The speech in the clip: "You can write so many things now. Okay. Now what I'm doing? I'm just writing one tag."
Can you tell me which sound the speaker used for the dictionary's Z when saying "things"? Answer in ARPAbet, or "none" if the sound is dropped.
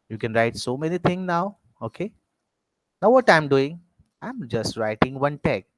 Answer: none